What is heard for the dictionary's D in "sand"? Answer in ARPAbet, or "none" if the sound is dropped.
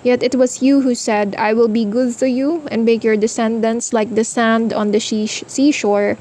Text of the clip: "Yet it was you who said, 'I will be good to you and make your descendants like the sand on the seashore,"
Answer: D